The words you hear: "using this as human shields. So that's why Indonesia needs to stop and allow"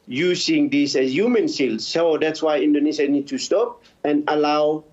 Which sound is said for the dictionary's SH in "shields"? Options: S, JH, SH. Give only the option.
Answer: S